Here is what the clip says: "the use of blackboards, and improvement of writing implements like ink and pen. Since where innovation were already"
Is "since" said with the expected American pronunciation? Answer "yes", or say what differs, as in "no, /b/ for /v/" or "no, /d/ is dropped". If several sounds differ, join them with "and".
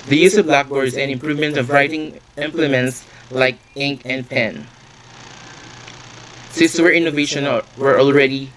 no, /n/ is dropped